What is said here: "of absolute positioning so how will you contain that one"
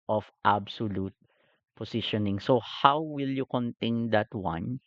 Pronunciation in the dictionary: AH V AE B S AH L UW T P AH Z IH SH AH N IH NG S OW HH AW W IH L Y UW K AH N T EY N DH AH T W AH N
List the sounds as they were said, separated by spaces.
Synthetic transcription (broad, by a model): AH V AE B S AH L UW T P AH S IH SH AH N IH NG S OW HH AW W IH L Y UW K AH N T EY N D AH T W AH N